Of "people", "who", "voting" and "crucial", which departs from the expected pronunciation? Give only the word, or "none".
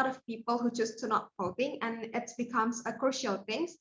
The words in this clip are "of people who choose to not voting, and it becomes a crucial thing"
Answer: voting